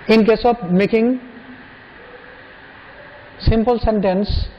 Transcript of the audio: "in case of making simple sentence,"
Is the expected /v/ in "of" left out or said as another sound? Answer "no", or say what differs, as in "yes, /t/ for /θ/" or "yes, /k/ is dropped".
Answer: yes, /p/ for /v/